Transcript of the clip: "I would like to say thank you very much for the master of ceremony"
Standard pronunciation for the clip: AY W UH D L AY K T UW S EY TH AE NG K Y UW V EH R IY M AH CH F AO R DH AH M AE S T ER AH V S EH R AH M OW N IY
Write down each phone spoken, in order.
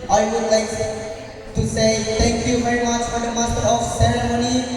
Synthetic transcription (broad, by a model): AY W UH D L AY K T UW S EY T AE NG K Y UW V EH R IY M AH CH F AO R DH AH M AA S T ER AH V S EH R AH M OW N IY